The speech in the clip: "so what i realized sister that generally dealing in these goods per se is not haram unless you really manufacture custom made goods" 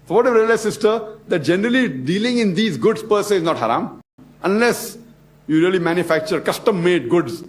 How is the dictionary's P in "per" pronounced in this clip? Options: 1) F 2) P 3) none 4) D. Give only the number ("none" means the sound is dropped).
2